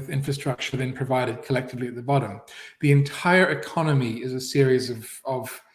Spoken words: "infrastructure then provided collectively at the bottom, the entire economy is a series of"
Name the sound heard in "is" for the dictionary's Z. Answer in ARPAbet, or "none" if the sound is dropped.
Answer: Z